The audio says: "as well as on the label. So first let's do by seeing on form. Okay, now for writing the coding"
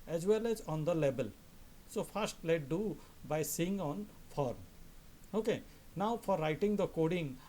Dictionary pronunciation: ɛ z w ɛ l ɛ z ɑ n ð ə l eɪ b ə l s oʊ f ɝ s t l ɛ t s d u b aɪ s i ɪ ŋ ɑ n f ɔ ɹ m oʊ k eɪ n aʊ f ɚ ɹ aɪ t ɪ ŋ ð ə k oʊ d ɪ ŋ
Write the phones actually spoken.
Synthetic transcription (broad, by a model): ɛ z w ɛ l ɛ z ɑ n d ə l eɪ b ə l s oʊ f ɝ s t l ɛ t d u b aɪ s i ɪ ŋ ɑ n f ɔ ɹ m oʊ k eɪ n aʊ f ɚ ɹ aɪ t ɪ ŋ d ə k oʊ d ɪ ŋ